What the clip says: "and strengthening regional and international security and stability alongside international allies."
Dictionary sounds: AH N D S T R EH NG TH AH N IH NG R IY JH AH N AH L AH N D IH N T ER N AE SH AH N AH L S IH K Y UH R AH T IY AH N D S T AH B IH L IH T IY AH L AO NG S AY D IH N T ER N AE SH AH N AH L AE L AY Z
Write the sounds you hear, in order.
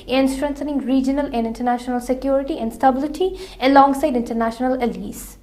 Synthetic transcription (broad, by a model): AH N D S T R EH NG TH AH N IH NG R IY JH AH N AH L AH N D IH N T ER N AE SH AH N AH L S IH K Y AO R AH T IY AH N D S T AH B IH L IH T IY AH L AO NG S AY D IH N T ER N AE SH AH N AH L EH L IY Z